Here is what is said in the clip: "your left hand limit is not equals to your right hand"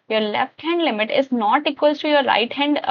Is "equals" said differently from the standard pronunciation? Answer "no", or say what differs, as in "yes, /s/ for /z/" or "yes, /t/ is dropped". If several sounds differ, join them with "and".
yes, /z/ is dropped